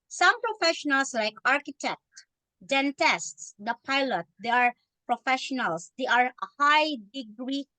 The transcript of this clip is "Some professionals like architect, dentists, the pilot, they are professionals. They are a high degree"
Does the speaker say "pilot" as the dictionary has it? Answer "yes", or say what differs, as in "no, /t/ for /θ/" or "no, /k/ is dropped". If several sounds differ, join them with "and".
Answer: yes